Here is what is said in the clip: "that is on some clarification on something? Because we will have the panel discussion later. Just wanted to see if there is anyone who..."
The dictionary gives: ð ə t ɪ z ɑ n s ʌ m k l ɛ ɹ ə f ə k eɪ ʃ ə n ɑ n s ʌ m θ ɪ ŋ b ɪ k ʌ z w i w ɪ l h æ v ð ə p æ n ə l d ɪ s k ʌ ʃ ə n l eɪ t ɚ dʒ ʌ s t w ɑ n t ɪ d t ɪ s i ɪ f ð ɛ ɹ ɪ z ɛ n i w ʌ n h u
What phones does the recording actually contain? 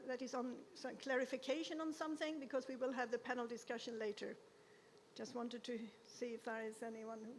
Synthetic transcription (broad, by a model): ð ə t ɪ z n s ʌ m k l ɛ ɹ ə f ə k eɪ ʃ ə n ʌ n s ʌ m θ ɪ ŋ b ɪ k ʌ z w i w ɪ l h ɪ v ð ə p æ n l d ɪ s k ʌ ʃ ə n l eɪ t ɚ dʒ ʌ s t w ɑ n t ɪ d t ɪ s i ɪ f ð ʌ ɹ ɪ z ɛ n i w ʌ n h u